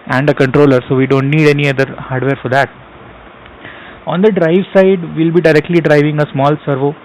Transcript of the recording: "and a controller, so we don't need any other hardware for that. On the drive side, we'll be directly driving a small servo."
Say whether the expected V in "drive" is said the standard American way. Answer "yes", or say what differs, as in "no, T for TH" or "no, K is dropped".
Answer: yes